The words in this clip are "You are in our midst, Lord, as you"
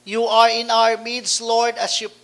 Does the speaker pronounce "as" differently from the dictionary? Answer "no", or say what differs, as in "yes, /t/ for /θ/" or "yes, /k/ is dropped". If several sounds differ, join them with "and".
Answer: yes, /s/ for /z/